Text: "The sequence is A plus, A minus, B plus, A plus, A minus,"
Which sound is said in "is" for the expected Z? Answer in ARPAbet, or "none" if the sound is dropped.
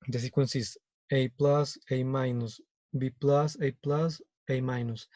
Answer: S